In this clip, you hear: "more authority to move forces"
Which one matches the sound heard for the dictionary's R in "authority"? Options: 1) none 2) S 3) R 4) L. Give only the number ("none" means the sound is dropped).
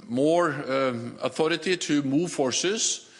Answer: 3